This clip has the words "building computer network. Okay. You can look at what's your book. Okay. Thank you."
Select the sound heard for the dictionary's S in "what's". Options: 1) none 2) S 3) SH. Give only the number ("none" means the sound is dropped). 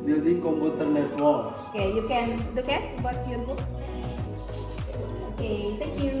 1